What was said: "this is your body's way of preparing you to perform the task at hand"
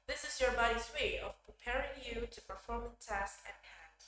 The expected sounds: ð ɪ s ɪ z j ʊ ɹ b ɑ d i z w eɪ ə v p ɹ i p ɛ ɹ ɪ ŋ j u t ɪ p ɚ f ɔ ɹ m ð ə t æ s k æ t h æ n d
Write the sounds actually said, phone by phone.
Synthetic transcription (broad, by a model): ð ɪ s ɪ z j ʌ ɹ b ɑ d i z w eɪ ə v p ɹ i p ɛ ɹ ɪ ŋ j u t ɪ p ɚ f ɔ ɹ m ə t æ s k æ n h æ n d